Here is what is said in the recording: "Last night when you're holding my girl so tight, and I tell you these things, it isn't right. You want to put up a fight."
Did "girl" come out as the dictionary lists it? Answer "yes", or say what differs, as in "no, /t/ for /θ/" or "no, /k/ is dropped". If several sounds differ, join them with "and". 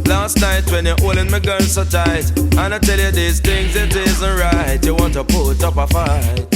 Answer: no, /n/ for /l/